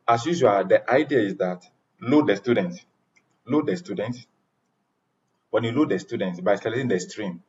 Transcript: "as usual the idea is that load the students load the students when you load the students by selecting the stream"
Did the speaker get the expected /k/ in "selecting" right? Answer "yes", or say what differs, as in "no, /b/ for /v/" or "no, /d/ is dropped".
no, /k/ is dropped